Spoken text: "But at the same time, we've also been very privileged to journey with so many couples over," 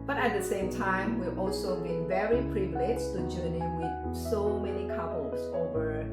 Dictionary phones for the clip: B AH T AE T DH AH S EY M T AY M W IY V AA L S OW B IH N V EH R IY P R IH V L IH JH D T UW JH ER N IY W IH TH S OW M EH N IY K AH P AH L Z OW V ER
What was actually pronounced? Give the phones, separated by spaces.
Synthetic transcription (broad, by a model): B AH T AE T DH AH S EY M T AY M W IY V AA L S OW B IH N V EH R IY P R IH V L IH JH T UW JH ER N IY W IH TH S OW M EH N IY K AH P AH L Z OW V ER